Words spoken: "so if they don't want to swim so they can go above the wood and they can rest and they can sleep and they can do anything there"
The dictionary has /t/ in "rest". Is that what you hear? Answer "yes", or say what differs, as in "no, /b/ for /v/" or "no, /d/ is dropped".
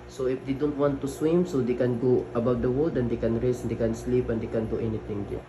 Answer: no, /t/ is dropped